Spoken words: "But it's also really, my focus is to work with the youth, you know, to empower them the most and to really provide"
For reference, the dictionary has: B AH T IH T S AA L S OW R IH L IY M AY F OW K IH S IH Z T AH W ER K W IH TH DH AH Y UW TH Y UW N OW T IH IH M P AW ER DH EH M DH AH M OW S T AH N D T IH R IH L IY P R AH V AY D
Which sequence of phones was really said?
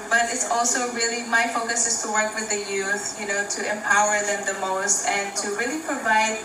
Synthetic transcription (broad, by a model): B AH T IH T S AA L S OW R IH L IY M AY F OW K IH S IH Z T AH W ER K W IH DH AH Y UW TH Y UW N OW T IH IH M P AW ER DH EH M DH AH M OW S T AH N T IH R IH L IY P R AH V AY D